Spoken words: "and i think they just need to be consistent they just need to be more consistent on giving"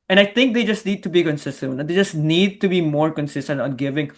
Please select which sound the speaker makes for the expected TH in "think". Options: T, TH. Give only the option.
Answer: T